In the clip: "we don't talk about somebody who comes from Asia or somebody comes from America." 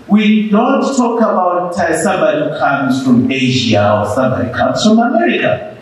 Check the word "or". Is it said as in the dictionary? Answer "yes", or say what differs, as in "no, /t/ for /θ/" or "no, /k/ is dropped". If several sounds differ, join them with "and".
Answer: no, /l/ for /ɹ/